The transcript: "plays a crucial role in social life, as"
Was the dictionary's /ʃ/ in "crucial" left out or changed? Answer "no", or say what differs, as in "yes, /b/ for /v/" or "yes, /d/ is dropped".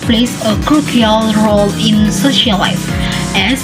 yes, /ʃ/ is dropped